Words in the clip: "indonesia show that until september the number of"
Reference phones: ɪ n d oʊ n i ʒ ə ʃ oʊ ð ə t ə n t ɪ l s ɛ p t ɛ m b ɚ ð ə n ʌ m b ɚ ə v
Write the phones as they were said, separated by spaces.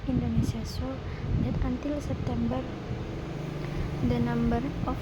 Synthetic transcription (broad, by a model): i n d oʊ n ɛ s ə s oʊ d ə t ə n t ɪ l s ɛ p t ɛ m b ɚ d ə n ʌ m b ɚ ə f